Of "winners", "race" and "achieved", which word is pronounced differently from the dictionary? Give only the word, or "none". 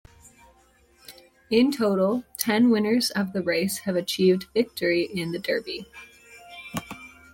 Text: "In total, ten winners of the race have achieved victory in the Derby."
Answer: none